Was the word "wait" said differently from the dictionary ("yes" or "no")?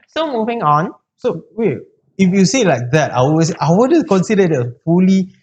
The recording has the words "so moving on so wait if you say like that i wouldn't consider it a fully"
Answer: yes